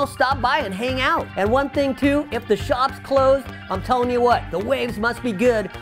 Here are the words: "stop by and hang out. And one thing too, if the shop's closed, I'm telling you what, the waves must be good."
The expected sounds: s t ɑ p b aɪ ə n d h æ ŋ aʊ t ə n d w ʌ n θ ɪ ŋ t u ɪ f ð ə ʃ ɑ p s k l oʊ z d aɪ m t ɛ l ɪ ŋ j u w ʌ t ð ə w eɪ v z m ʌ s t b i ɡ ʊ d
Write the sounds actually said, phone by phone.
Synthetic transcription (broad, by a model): s t ɑ p b aɪ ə n h æ ŋ aʊ t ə n w ʌ n θ ɪ ŋ t u ɪ f ð ə ʃ ɑ p s k l oʊ z d aɪ m t ɛ l ɪ ŋ j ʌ w ʌ t ð ə w eɪ v z m ʌ s t b i ɡ ʊ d